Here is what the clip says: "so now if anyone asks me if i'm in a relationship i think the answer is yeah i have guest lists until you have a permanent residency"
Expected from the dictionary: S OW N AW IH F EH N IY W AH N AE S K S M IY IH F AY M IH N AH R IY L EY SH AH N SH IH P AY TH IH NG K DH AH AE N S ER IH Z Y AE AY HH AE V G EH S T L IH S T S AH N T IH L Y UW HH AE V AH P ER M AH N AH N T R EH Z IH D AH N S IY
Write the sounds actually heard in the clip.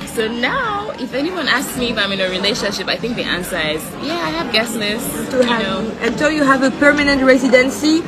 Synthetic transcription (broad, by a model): S OW N AW IH F EH N IY W AH N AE S K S M IY IH F AY M IH N AH R IY L EY SH AH N SH IH P AY TH IH NG K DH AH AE N S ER IH Z Y AE AY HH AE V G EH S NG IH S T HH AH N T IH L Y UW HH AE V AH P ER M AH N AH N T R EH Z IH D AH N S IY